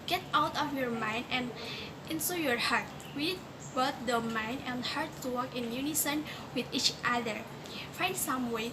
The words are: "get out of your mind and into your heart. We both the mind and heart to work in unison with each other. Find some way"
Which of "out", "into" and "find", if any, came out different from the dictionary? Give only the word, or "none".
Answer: into